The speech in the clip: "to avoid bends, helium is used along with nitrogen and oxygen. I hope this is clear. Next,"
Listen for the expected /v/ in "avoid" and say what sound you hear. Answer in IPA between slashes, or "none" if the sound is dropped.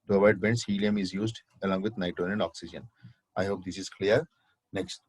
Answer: none